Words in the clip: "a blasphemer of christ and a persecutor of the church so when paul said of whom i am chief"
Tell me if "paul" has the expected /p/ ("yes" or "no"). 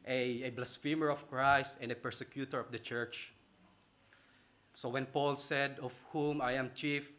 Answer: yes